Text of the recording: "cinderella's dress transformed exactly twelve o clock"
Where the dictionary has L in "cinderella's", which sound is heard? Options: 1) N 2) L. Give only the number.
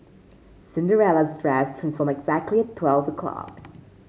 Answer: 2